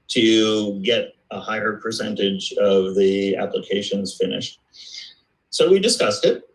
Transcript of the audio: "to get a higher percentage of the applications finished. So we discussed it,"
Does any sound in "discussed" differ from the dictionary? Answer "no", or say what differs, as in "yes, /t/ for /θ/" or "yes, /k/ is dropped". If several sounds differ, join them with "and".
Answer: no